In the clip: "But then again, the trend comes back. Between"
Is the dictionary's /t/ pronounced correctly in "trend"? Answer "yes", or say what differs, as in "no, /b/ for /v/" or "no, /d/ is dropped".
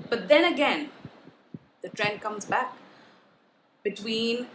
yes